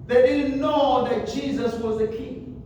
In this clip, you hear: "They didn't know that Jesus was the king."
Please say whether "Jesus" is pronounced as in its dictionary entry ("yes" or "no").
yes